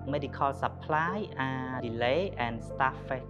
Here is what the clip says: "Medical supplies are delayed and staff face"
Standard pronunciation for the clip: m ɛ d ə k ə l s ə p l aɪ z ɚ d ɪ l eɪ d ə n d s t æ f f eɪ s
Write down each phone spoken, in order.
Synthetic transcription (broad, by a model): m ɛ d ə k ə l s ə p l aɪ ɚ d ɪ l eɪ ə n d s t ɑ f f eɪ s